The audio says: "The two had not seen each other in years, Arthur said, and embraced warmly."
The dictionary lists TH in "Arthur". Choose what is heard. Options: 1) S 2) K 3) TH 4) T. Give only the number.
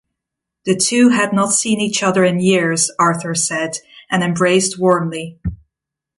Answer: 3